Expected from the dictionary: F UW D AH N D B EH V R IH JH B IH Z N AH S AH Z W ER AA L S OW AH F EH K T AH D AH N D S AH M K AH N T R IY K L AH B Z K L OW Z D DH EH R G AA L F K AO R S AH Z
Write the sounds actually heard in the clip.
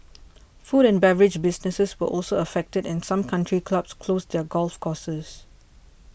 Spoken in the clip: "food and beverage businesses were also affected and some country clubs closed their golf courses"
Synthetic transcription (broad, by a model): F UW D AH N B EH V R IH JH B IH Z N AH S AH S W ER AA L S OW AH F EH K T AH D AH N S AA M K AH N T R IY K L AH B S K L OW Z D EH G AA L F K AO S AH S